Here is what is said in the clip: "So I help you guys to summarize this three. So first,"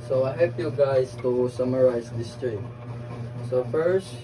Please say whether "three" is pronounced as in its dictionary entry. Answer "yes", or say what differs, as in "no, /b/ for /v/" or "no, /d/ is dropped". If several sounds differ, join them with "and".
no, /t/ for /θ/